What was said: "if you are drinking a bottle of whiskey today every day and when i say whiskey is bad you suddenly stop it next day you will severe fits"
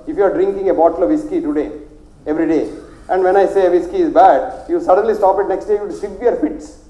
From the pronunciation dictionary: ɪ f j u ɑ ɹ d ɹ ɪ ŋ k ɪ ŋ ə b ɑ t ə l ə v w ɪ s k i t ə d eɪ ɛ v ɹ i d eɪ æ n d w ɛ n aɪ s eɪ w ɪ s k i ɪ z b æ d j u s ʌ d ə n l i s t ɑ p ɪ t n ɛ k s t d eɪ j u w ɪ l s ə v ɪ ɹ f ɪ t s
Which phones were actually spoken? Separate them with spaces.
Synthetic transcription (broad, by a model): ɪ f j u ɑ ɹ d ɹ ɪ ŋ k ɪ ŋ ə b ɑ t ə l ə v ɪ s k i t ə d eɪ ɛ v ɹ i d eɪ æ n d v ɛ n aɪ s eɪ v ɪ s k i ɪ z b æ d j u s ʌ d ə n l i s t ɑ p ɪ t n ɛ k s t d eɪ j u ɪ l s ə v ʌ ɹ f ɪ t s